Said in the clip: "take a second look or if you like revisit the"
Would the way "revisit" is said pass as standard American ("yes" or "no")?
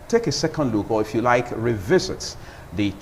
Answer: yes